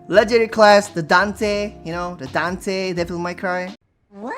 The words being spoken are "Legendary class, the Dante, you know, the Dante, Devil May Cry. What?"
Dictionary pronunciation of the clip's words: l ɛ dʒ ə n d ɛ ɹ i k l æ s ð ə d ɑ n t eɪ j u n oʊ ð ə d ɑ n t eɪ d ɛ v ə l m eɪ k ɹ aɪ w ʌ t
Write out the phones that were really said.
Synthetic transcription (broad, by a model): l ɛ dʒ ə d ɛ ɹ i k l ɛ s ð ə d ɑ n t eɪ j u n oʊ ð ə d ɑ n t eɪ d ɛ f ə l m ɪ k ɹ aɪ